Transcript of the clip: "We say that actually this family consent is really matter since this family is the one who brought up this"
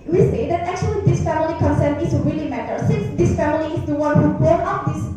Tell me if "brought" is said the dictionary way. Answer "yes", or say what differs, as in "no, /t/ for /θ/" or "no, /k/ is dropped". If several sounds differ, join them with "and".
no, /ɹ/ is dropped